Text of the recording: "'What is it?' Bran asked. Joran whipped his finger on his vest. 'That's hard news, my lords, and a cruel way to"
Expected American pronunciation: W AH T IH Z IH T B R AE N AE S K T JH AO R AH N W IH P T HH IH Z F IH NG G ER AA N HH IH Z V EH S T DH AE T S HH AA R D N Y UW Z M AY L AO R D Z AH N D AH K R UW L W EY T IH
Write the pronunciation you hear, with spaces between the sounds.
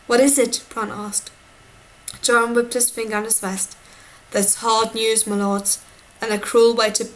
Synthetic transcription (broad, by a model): W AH T IH Z IH T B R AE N AE S K T JH AO R AH N W IH P T HH IH Z F IH NG G ER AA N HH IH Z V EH S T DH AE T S HH AA R D N Y UW Z M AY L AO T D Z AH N AH K R UW L W EY T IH